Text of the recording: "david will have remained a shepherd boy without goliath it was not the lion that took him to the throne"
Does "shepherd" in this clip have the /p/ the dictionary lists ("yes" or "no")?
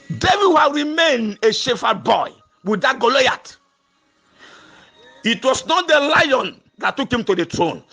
no